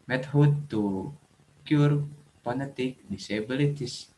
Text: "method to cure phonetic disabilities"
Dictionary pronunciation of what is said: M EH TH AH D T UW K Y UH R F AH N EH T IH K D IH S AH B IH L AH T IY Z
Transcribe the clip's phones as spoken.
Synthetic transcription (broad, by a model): M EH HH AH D T UW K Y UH R P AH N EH T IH K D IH S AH B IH L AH T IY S